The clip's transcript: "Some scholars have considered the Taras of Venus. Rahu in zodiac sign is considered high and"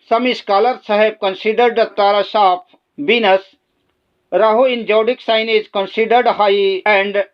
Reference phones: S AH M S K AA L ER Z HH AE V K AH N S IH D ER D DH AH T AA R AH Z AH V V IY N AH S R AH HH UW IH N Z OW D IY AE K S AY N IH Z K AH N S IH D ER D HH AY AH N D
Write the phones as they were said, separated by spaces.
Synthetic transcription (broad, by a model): S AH M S K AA L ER S HH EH B K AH N S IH D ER D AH T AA R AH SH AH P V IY N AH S R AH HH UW IH N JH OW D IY K S AY N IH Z K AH N S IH D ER D HH AY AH N D